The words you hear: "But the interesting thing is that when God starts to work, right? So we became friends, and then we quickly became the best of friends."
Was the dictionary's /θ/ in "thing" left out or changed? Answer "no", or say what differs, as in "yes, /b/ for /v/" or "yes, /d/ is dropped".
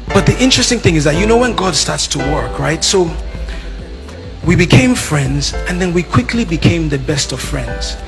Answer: no